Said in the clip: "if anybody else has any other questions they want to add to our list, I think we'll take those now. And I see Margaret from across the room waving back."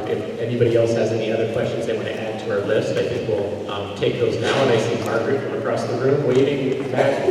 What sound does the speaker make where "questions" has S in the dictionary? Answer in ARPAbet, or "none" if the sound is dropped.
S